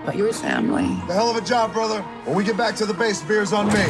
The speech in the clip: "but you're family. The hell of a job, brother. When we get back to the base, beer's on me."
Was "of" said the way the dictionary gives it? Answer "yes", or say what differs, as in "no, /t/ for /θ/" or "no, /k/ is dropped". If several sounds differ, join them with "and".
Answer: yes